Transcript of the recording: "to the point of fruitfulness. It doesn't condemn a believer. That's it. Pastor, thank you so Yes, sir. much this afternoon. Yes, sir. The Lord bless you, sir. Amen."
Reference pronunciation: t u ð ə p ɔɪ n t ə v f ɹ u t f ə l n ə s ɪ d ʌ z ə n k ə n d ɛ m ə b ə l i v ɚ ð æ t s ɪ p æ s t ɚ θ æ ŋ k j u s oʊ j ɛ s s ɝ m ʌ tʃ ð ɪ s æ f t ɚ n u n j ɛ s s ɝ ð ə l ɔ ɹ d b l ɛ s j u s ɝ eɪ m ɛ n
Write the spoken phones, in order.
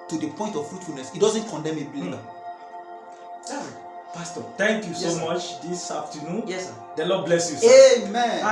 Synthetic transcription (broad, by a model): t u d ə p ɔɪ n t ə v f ɹ u t f ə l n ə s ɪ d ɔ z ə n k ə n d ɛ m ə b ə l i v ɪ p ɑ s t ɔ t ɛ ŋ k j u s oʊ m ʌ tʃ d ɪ s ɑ f t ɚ n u n j ɛ s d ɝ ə l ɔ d b l ɛ s j u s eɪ m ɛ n